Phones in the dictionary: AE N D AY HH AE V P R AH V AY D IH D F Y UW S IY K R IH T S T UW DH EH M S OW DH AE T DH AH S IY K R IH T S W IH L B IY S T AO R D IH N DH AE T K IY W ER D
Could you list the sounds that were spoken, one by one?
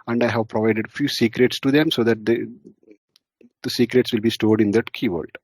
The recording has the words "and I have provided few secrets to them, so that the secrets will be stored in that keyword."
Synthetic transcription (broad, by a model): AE N D AY HH AE V P R AH V AY D IH D F Y UW S IY K R IH T S T UW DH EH M S OW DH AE T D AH S IY K R IH T S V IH L B IY S T AO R D IH N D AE T K IY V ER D